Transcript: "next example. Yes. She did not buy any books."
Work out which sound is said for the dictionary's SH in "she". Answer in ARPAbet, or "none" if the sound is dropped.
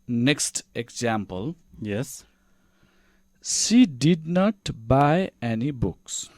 S